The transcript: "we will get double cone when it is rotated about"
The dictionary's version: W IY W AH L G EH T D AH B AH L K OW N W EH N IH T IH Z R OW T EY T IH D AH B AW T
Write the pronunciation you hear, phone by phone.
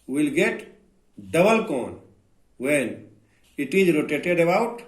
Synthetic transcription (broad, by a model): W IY L G EH T D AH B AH L K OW N W EH N IH T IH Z R OW T EY T IH D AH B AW T